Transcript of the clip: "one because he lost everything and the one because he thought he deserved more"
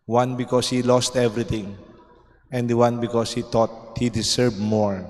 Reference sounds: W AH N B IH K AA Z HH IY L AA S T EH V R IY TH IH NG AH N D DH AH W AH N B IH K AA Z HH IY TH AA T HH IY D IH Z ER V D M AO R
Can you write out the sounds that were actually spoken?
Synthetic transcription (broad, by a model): W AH N B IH K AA S HH IY L AA S T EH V R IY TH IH NG AH N D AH W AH N B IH K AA S HH IY T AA T HH IY D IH S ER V M AO R